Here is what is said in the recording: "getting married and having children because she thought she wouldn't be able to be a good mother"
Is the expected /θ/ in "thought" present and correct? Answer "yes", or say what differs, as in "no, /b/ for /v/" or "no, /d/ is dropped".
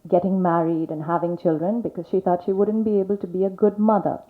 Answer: yes